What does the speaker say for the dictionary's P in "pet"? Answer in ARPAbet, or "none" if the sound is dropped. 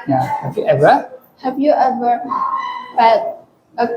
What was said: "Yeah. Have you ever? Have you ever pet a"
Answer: B